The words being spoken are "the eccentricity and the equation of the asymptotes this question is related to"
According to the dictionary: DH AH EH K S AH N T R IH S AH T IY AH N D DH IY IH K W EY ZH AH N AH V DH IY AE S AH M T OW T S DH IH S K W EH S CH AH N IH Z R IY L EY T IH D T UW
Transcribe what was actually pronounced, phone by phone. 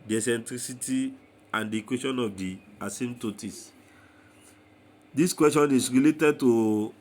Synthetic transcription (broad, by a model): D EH S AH N T R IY S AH T IY AH N D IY K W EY SH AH N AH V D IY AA S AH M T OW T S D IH S K W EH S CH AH N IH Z R IY L EY T IH D T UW